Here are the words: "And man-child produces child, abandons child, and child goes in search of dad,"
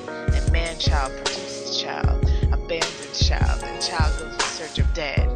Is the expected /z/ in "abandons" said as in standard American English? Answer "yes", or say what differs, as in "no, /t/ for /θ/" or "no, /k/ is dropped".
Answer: no, /z/ is dropped